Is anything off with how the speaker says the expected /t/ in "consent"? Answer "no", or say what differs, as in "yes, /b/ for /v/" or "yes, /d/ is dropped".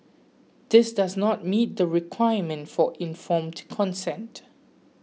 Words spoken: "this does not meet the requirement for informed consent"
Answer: no